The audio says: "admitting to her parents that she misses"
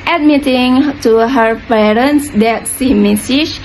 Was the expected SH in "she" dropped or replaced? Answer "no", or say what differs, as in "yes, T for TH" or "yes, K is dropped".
yes, S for SH